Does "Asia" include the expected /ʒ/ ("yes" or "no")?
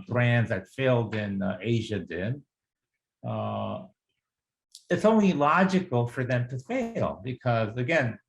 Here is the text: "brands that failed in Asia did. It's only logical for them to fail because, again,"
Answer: yes